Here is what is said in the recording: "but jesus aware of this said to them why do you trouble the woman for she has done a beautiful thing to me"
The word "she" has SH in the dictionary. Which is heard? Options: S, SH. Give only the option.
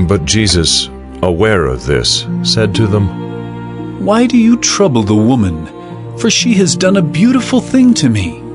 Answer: SH